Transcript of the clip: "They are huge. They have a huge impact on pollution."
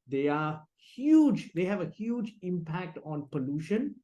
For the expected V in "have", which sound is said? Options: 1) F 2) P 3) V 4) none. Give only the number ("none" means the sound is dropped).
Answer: 3